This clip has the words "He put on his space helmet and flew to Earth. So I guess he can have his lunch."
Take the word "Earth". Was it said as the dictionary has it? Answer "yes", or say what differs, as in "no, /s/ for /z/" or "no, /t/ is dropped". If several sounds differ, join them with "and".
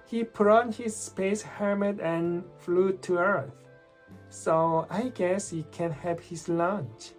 yes